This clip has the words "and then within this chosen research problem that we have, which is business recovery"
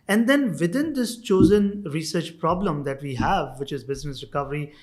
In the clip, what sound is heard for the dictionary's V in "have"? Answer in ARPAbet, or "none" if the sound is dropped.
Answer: V